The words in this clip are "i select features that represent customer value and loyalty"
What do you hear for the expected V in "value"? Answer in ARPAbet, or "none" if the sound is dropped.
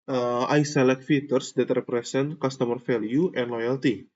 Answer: F